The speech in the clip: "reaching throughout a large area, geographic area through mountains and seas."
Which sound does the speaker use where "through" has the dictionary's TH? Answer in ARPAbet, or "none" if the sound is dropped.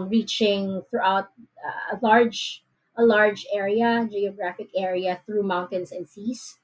TH